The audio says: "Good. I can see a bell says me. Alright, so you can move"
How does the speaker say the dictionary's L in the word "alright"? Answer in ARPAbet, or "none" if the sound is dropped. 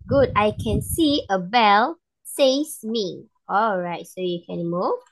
L